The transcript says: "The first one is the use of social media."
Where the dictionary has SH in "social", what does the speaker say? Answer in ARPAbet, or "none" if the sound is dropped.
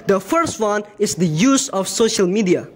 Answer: SH